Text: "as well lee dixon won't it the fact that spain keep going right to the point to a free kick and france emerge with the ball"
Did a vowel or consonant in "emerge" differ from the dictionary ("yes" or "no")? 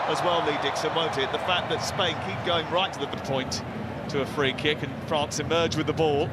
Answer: no